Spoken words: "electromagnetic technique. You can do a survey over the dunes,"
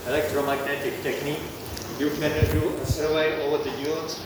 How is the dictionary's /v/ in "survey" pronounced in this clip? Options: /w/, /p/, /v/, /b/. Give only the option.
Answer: /w/